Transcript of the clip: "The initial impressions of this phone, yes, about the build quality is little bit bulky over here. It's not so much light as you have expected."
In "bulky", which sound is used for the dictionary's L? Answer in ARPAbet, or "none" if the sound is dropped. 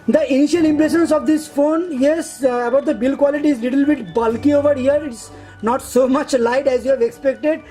L